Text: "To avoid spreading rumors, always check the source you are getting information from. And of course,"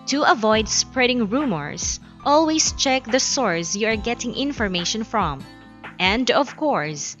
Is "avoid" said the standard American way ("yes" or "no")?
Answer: yes